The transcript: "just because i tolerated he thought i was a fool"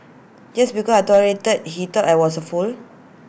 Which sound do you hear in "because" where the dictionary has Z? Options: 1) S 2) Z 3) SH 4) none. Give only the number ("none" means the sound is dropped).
4